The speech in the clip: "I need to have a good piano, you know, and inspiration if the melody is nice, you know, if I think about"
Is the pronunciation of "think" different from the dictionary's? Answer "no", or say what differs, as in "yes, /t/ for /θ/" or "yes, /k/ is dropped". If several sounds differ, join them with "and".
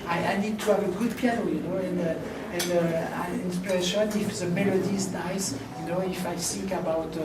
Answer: yes, /s/ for /θ/